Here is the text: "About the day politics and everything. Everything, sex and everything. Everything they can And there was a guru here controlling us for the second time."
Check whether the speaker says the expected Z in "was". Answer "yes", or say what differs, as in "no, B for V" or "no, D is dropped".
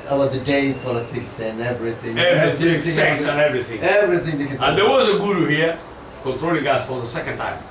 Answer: yes